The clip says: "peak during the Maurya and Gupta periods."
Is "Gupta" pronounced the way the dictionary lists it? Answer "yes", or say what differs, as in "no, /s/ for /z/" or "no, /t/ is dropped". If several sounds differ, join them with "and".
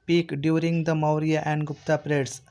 yes